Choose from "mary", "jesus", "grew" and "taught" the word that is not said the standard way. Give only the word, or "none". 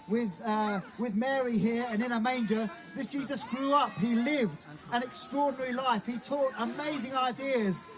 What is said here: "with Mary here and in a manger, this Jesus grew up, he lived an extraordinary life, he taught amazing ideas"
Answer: none